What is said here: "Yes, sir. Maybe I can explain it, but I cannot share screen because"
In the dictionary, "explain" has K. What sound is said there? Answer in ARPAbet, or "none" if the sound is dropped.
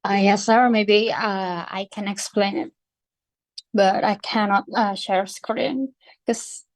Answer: K